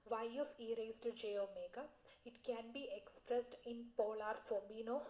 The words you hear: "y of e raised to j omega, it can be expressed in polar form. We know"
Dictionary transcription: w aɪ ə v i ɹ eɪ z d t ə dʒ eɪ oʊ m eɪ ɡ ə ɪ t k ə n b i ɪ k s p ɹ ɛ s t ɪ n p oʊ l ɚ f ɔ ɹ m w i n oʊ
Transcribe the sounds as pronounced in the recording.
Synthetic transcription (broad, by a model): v aɪ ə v i ɹ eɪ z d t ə dʒ eɪ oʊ m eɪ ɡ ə ɪ t k ə n b i ɪ k s p ɹ ɛ s t ɪ n p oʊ l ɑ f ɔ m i n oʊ